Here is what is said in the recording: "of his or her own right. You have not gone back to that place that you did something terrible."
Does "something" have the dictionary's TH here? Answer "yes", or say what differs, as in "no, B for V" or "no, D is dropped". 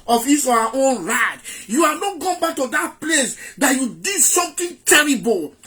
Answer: no, T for TH